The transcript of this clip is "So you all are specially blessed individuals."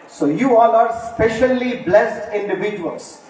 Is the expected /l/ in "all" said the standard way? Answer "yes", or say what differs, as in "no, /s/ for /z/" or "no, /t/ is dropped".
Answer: no, /n/ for /l/